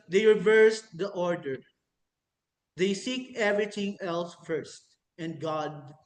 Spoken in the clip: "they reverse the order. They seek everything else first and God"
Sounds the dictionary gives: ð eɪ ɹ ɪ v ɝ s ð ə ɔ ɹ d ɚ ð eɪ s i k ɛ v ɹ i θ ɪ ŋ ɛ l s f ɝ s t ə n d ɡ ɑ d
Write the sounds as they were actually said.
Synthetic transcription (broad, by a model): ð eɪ ɹ ɪ v ɝ s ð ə ɔ ɹ d ɚ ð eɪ s i k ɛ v ɹ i t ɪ ŋ ɛ l s f ɝ s t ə n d ɡ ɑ d